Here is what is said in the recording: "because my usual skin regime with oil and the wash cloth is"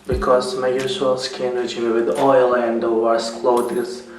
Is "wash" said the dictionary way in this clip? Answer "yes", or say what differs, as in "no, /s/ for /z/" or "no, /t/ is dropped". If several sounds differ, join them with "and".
no, /s/ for /ʃ/